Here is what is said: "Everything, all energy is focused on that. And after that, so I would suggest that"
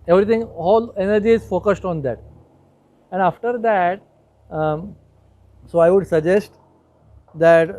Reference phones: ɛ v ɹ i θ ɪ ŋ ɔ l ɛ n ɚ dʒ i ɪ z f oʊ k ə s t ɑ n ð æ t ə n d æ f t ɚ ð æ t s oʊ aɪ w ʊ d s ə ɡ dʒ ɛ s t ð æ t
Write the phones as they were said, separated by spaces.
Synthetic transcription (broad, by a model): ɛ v ɹ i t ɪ ŋ ɔ l ɛ n ɚ dʒ i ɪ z f oʊ k ə s t ɑ n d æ t ə n d æ f t ɚ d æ t s oʊ aɪ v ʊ d s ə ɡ dʒ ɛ s t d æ t